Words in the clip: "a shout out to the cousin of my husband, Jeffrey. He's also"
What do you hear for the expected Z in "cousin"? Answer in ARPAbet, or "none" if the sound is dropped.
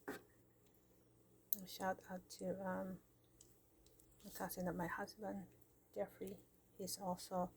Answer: S